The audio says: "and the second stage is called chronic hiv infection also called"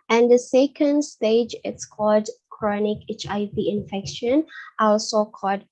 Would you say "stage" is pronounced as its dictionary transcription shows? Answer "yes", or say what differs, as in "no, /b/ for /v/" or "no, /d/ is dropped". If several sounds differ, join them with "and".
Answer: yes